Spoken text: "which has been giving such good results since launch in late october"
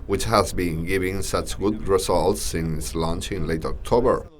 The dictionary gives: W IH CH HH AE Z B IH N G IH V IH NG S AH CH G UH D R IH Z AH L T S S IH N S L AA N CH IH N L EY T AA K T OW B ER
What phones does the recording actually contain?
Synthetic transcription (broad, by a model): W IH CH HH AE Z B IH N G IH V IH NG S AH CH G UH D R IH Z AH L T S S IH N S L AA N CH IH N L EY T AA K T OW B ER